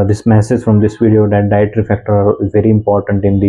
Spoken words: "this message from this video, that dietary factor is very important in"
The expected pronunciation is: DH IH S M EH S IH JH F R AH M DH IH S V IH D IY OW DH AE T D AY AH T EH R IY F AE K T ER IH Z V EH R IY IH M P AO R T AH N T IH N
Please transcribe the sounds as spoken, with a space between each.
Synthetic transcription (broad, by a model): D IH S M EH S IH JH F R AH M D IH S V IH D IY OW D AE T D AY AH T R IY F AE K T ER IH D V EH R IY IH M P AO R T AH N T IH N